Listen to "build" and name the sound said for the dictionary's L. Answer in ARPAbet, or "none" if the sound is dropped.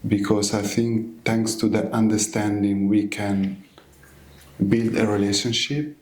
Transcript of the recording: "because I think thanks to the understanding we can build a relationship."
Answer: L